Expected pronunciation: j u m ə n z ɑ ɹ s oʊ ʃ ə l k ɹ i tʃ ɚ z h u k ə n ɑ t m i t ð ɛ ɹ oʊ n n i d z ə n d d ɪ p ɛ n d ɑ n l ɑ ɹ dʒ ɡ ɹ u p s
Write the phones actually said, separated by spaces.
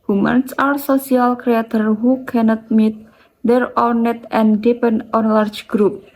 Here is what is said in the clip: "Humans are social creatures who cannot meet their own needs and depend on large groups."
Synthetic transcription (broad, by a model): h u m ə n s ɑ ɹ s oʊ s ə l k ɹ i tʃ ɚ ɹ h u k ə n ɑ t m i t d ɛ ɹ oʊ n n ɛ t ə n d d ɪ p ɛ n d ɑ n l ɑ ɹ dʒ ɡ ɹ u p